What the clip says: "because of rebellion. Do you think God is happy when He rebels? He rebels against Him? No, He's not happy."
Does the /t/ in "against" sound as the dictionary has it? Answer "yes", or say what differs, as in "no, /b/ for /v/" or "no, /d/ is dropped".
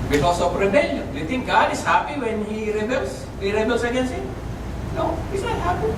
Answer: no, /t/ is dropped